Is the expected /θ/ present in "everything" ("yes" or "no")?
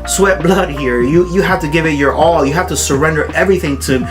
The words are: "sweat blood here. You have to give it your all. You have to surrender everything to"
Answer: yes